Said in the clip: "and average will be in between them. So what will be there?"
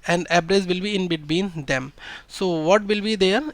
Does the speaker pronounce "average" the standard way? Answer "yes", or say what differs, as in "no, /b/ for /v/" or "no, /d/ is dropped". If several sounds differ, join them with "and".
no, /b/ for /v/